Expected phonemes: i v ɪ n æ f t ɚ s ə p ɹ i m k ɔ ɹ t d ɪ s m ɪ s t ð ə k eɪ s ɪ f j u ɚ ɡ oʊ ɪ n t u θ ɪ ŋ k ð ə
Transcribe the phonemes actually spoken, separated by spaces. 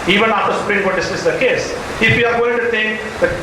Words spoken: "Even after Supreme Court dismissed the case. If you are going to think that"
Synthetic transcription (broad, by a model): i v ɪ n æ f t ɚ s ə p ɹ i m k ɔ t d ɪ s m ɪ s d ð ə k eɪ s ɪ f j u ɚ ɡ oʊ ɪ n t u t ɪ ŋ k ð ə